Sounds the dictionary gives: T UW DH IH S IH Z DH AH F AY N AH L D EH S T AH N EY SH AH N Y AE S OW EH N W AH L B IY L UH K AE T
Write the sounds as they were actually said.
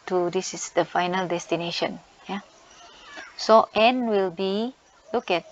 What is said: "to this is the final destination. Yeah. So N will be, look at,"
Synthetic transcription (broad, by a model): T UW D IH S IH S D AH F AY N AH L D EH S T AH N EY SH AH N Y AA S OW EH N W AH L B IY L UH K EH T